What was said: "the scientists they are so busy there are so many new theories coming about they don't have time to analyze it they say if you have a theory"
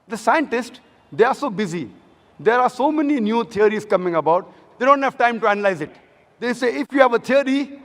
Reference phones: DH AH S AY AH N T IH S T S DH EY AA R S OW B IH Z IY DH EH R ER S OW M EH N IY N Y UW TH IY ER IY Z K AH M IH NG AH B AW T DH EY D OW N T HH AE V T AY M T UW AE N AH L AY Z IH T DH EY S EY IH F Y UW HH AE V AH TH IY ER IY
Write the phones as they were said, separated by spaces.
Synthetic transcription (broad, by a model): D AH S AY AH N T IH S T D EY AA R S OW B IH Z IY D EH R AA S OW M EH N IY N Y UW T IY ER IY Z K AH M IH NG AH B AW T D EY D OW N T HH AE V T AY M T UW AE N AH L AY Z IH T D EY S EY IH F Y UW HH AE V AH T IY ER IY